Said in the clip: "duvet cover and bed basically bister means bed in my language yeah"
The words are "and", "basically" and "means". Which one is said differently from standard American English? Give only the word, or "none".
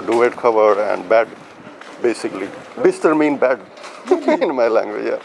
means